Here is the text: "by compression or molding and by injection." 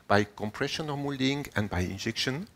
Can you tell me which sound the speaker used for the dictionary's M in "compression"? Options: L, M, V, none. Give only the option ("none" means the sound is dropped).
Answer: M